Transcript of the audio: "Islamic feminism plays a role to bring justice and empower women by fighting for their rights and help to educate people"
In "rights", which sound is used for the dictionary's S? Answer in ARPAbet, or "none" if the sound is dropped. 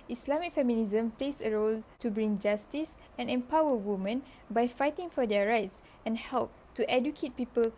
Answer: S